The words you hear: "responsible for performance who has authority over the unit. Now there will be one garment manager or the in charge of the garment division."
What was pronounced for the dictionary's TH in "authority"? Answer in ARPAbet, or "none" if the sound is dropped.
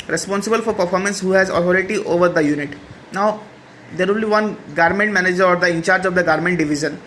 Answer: T